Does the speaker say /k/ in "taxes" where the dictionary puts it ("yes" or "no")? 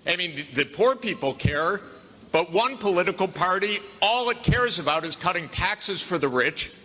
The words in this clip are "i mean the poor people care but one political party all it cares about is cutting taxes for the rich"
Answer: yes